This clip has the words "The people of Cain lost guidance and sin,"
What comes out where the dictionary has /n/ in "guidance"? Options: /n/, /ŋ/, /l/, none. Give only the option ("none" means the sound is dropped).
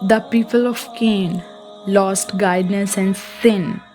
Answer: none